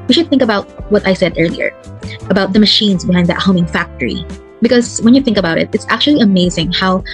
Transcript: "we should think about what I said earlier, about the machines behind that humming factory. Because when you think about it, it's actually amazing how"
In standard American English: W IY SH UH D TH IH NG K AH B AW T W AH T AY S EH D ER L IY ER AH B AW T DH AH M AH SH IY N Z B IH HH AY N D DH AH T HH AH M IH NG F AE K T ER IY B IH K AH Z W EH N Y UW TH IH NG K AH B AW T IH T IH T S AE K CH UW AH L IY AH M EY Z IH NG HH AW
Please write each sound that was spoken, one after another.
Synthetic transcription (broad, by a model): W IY SH UH D TH IH NG K AH B AW T W AH T AY S EH D ER L IY ER AH B AW T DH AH M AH SH IY N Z B IH HH AY N D DH AH T HH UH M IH NG F AE K T ER IY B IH K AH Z W EH N Y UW TH IH NG K AH B AW T IH T IH T S AE K CH UW AH L IY AH M EY Z IH NG HH AW